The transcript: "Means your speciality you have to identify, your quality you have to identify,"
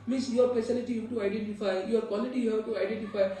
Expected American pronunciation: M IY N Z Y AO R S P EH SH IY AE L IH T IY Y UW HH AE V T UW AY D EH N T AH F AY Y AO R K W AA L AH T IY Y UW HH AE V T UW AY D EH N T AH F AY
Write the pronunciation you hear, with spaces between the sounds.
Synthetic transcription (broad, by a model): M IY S Y AO R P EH S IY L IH T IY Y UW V T UW AY D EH N T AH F AY Y AO R K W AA L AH T IY Y UW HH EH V T UW AY D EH N T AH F AY